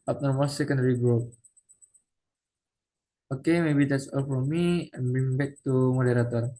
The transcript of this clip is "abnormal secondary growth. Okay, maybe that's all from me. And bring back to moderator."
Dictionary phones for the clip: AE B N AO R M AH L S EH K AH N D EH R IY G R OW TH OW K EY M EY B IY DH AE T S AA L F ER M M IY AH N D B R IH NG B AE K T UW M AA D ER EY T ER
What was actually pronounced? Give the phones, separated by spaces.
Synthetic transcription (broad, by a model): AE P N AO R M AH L S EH K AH N D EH R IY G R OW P OW K EY M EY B IY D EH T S AA L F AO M M IY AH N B IH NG B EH K T UW M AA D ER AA T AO